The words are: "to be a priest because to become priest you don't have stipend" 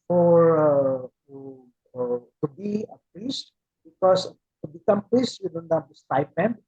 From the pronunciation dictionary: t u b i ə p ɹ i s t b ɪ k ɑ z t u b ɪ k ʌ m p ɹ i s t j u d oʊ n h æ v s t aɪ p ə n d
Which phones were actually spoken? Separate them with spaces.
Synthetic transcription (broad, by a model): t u b i ə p ɹ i s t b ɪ k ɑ s t u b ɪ k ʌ m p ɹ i s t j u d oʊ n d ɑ p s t aɪ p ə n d